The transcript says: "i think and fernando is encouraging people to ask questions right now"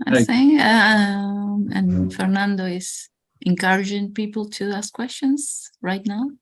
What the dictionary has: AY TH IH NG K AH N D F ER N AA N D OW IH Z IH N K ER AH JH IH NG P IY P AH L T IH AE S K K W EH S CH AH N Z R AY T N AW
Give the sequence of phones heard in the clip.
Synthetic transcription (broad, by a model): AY S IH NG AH N F ER N AA N D OW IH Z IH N K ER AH JH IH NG P IY P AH L T IH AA S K K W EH S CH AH N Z R AY T N AW